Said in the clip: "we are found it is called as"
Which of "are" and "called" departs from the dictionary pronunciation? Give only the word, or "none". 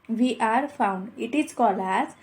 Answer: called